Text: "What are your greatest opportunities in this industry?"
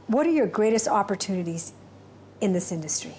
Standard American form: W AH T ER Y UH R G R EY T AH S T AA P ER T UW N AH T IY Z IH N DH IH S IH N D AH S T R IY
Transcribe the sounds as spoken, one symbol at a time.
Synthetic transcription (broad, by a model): W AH T ER Y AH R G R EY T AH S T AA P ER T UW N AH T IY Z IH N DH IH S IH N D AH S T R IY